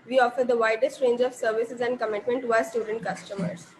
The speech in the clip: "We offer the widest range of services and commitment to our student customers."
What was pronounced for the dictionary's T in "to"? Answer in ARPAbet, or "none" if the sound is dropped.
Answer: T